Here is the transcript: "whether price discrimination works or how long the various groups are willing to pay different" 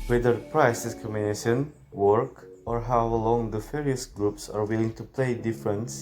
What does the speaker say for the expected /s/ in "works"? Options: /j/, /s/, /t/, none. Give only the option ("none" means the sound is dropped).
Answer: none